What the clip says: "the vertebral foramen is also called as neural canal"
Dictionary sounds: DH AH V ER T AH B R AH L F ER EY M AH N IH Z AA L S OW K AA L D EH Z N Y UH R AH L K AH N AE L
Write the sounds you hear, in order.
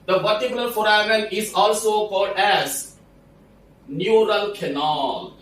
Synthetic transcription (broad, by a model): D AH P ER T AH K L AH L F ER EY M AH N IH Z AA L S OW K AA L D EH Z N Y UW R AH L K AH N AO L